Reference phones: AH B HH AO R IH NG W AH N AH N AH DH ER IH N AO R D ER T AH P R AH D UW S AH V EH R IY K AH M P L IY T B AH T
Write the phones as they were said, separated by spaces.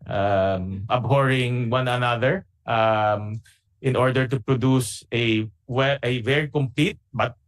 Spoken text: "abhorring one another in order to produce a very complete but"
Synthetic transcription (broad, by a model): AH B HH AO R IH NG W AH N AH N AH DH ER IH N AO R D ER T AH P R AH D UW S AH V EH R IY K AH M P L IY T B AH T